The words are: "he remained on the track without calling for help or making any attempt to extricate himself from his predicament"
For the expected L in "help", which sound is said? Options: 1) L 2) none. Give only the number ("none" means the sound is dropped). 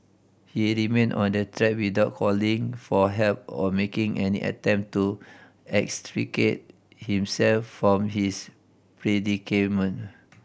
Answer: 1